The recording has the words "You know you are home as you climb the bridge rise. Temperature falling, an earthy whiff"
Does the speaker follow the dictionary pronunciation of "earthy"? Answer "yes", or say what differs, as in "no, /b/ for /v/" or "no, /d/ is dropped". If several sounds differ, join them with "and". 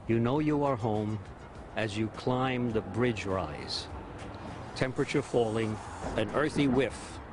yes